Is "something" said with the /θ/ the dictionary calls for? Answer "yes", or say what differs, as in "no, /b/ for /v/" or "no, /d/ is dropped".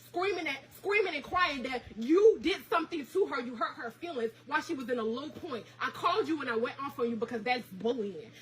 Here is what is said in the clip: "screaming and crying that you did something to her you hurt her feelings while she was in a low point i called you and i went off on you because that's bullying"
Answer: yes